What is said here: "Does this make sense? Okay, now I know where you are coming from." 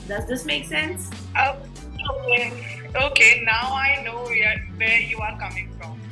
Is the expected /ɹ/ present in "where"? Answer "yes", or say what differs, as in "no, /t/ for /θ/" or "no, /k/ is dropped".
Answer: no, /w/ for /ɹ/